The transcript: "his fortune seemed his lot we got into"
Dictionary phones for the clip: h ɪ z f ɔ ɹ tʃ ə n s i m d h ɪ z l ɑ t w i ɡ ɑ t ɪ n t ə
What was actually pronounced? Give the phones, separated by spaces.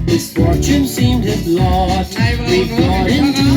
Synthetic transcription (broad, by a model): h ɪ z f ɔ ɹ tʃ ə n s i m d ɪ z l ɑ t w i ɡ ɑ ɪ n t